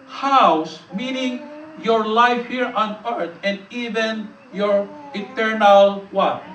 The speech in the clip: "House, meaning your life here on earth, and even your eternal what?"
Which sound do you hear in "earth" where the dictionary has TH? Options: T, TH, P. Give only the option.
T